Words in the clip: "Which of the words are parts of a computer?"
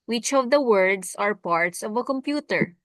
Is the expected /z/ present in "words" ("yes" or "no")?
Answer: no